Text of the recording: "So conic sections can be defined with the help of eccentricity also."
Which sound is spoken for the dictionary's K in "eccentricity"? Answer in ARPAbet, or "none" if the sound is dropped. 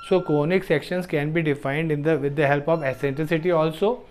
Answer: none